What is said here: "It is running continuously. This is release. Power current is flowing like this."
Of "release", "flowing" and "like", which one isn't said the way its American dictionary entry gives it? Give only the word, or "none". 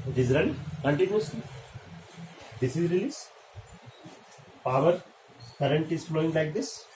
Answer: none